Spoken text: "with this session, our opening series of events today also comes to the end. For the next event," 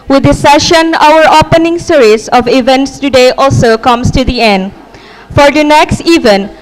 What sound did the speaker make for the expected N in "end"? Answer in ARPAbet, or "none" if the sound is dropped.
N